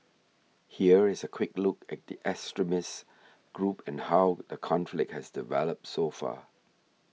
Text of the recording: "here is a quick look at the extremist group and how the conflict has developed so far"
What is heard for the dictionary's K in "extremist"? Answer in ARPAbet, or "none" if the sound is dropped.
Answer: none